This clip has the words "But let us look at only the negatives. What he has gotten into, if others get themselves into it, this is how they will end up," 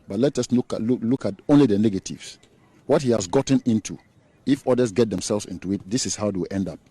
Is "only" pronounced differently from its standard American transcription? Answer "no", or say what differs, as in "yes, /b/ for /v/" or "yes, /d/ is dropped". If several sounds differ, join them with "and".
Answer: no